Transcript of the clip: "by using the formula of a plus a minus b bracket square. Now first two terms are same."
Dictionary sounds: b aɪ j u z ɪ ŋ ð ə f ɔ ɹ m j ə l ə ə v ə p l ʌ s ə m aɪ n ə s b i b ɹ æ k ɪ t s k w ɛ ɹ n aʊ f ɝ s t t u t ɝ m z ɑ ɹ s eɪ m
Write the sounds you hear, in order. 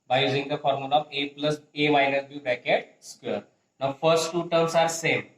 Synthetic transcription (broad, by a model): b aɪ j u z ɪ ŋ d ə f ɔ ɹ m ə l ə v ə p l ʌ s ə m aɪ n ə s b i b æ k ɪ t s k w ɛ ɹ n aʊ f ɝ s t t u t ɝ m s ɑ ɹ s eɪ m